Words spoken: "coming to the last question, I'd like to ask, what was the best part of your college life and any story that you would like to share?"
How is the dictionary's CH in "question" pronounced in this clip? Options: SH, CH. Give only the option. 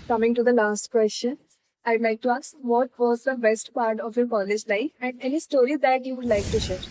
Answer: SH